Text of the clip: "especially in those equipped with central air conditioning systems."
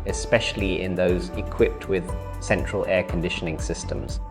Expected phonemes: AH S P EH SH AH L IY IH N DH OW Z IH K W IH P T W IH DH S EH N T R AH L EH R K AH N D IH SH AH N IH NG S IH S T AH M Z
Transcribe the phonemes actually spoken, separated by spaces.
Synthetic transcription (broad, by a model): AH S P EH SH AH L IY IH N DH OW Z IH K W IH P T W IH DH S EH N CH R AH L EH K AH N D IH SH AH N IH NG S IH S T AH M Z